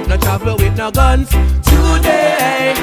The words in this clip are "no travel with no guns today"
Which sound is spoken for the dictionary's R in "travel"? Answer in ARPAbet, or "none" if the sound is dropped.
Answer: none